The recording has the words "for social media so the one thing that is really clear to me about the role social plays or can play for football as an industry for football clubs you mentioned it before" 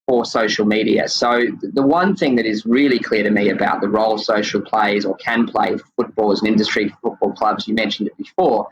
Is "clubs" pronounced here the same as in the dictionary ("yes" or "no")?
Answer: yes